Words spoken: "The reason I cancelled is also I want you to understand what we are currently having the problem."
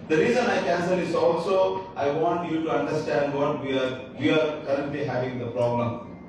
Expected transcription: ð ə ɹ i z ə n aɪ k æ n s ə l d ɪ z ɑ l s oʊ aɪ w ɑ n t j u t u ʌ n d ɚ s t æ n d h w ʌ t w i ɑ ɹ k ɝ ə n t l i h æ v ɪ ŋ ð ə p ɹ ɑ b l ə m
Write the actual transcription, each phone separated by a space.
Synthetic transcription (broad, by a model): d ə ɹ i z ə n aɪ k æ n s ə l ɪ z ɑ l s oʊ aɪ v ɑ n t j u t u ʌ n d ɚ s t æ n d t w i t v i ɑ ɹ k ɝ ə n t l i h æ v ɪ ŋ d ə p ɹ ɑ b l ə m